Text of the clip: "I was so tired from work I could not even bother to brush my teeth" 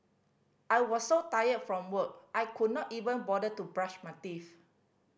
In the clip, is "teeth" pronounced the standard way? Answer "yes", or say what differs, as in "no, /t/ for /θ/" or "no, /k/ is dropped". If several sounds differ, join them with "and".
no, /f/ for /θ/